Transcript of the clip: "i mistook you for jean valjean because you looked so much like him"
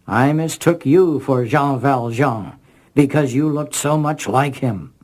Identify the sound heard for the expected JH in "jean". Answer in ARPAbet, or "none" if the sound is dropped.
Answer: ZH